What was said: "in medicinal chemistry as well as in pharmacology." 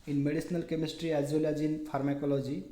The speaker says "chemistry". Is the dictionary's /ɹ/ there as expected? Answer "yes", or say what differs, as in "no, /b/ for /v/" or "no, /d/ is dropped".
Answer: yes